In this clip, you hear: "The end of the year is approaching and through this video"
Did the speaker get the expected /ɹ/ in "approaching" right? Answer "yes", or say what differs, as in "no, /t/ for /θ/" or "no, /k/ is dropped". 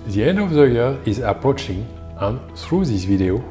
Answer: yes